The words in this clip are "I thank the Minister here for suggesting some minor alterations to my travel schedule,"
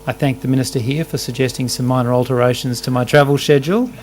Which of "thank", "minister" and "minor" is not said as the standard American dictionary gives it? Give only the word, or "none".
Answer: none